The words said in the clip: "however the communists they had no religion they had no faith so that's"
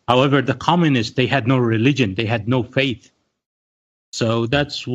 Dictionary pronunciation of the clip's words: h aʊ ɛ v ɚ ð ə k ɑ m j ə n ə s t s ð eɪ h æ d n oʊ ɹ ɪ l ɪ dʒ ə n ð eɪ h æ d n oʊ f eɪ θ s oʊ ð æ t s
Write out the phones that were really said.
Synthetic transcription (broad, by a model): h aʊ ɛ v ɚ ð ə k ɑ m j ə n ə s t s ð eɪ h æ d n oʊ ɹ ɪ l ɪ dʒ ə n ð eɪ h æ d n oʊ f eɪ θ s oʊ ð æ t s